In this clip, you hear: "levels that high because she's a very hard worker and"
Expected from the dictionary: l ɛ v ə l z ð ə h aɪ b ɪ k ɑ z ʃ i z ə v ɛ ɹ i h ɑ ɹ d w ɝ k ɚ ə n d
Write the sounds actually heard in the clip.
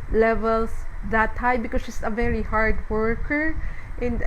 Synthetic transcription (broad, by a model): l ɛ v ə l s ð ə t aɪ b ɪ k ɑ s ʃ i s ə v ɛ ɹ i h ɑ ɹ d w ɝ k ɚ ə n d